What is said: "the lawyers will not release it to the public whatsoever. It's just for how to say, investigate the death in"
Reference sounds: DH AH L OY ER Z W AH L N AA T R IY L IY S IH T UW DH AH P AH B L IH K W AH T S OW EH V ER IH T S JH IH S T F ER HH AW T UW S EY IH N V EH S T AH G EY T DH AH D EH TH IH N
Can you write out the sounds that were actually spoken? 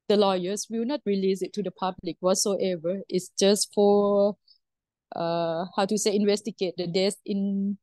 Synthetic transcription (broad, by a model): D AH L OY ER S W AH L N AA T R IY L IY S IH T UW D AH P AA B L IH K W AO T S OW EH V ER IH T S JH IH S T F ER HH AW T UW S EY IH N V EH S T AH G EY T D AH D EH S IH N